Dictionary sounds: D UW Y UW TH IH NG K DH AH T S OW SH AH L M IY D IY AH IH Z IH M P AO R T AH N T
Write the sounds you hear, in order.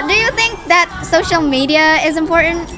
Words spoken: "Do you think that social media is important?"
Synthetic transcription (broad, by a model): D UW Y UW TH IH NG K DH AH T S OW SH AH L M IY D IY AH IH Z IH M P AO R T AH N T